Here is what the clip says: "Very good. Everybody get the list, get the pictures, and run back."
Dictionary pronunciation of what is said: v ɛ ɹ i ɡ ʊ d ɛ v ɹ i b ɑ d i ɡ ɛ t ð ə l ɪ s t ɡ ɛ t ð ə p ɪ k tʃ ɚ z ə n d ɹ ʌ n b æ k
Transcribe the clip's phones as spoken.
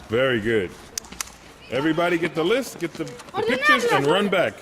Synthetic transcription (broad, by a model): v ɛ ɹ i ɡ ʊ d ɛ v ɹ i b ɑ d i ɡ ɛ t ð ə l ɪ s t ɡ ɛ t ð ə p ɪ k tʃ ɚ z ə n ɹ ʌ n b æ k